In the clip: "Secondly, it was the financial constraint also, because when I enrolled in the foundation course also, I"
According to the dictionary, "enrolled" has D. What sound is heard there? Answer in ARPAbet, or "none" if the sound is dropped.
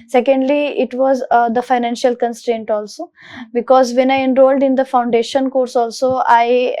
D